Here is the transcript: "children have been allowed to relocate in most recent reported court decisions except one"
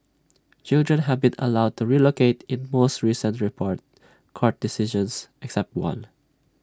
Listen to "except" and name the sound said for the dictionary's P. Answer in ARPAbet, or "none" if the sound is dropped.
P